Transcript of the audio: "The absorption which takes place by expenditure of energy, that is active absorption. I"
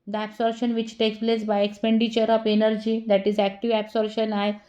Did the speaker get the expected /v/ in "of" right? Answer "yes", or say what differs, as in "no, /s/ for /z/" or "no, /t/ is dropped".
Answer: no, /p/ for /v/